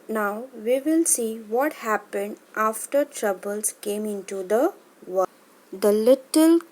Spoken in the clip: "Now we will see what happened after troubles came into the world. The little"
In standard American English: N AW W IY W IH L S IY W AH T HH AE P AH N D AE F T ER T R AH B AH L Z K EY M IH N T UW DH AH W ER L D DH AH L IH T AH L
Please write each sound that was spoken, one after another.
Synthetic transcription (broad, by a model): N AW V IY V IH L S IY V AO T HH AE P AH N D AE F T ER T R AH B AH L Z K EY M IH N T UW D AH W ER D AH L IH T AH L